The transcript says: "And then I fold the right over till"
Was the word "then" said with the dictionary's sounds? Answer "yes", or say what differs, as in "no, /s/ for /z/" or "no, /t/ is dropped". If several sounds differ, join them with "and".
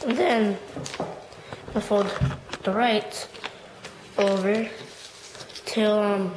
yes